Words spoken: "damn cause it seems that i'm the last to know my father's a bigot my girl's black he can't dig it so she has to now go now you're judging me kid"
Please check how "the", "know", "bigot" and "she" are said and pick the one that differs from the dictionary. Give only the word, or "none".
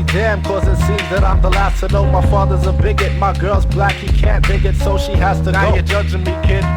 none